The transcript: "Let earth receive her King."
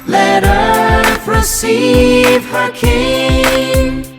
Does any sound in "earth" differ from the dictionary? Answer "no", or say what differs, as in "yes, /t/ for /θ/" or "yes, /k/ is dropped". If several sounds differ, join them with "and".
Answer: yes, /s/ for /θ/